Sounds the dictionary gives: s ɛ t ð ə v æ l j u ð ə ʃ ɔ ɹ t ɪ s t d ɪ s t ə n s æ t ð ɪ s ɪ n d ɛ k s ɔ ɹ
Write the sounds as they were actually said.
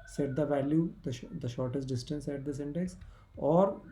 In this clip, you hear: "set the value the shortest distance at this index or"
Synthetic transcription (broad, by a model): s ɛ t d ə v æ l j u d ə ʃ ɔ ɹ t ɪ s t d ɪ s t ə n s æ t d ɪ s ɪ n d ɛ k s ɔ ɹ